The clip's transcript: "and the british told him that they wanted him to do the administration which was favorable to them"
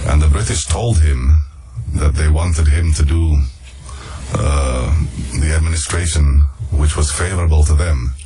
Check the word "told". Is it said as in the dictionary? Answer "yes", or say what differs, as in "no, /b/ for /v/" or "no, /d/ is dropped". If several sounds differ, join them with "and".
yes